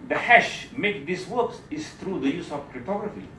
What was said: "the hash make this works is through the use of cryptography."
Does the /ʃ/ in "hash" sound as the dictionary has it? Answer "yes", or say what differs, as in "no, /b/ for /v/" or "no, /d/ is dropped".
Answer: yes